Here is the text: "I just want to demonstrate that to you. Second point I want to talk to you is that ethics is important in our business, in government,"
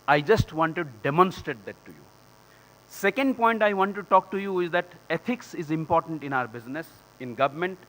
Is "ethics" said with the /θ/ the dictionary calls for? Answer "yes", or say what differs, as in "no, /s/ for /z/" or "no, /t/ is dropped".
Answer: no, /t/ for /θ/